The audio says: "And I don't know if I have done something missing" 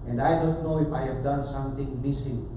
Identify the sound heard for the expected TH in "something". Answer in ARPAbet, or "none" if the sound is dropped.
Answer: T